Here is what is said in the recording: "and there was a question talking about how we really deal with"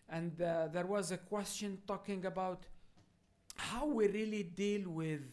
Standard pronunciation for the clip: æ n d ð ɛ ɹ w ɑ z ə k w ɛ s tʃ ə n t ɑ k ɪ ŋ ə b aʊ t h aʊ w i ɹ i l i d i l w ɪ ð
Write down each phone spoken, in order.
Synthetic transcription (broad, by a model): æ n d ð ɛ ɹ w ɑ z ə k w ɛ s tʃ ə n t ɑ k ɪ ŋ ə b aʊ t h aʊ w i ɹ i l i d i l w ɪ ð